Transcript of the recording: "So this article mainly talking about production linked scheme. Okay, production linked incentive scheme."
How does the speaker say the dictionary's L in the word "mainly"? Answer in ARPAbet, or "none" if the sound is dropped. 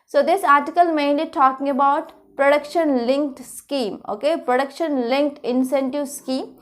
none